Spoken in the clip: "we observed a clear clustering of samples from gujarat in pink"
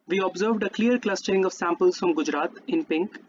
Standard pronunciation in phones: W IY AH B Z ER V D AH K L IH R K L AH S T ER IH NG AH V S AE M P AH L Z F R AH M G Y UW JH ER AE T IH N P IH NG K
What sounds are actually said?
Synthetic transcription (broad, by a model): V IY AH B Z ER V D AH K L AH R K L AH S T ER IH NG AH V S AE M P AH L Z F R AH M G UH JH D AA T IH N P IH NG K